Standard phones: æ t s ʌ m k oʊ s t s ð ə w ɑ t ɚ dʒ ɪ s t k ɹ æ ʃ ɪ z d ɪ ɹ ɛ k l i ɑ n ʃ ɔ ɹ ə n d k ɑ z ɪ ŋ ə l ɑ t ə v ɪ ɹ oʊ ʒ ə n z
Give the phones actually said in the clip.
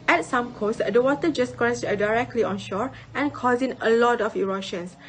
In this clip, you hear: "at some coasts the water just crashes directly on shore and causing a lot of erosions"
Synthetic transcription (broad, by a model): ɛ t s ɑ m k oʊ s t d ə w ɑ t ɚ dʒ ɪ s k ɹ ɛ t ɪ d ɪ ɹ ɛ k l i ɑ n ʃ ɔ ɹ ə n k ɑ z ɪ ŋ ə l ɑ t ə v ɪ ɹ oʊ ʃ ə n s